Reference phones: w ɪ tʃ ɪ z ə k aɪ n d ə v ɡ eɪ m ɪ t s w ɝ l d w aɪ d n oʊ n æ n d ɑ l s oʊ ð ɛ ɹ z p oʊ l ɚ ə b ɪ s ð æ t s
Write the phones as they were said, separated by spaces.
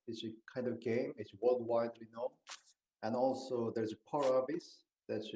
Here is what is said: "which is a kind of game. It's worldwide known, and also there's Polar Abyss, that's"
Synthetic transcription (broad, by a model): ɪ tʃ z ə k aɪ n d ə v ɡ eɪ m ɪ t s w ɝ l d w aɪ d n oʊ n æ n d ɑ l s oʊ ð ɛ ɹ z p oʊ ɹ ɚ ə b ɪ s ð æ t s